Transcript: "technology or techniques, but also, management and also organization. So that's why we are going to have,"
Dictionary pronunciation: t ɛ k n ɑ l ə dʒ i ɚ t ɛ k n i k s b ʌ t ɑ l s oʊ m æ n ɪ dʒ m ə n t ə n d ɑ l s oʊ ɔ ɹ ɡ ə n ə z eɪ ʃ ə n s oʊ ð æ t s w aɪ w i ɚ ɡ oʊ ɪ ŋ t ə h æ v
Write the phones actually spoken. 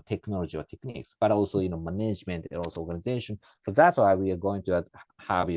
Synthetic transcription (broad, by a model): t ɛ k n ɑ l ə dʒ i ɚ t ɛ k n i k s b ʌ t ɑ l s oʊ m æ n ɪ dʒ m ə n t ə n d ɑ l s oʊ ɔ ɹ ɡ ə n ə z eɪ ʃ ə n s oʊ ð æ t s w aɪ w i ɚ ɡ oʊ ɪ ŋ t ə h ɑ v